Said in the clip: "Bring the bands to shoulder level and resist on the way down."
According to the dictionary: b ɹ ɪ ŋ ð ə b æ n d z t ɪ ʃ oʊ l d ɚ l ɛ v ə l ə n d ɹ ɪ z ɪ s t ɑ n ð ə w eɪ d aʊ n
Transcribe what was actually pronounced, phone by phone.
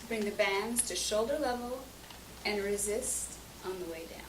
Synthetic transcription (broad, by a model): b ɹ ɪ ŋ ð ə b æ n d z t ɪ ʃ oʊ l d ɚ l ɛ v l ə n ɹ ɪ z ɪ s t n ð ə w eɪ d aʊ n